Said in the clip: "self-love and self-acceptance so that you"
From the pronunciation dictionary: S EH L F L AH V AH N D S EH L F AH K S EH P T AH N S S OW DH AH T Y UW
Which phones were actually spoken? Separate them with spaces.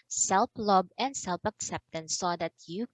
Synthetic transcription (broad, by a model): S EH L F L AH B AH N D S EH L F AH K S EH P T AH N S S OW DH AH T Y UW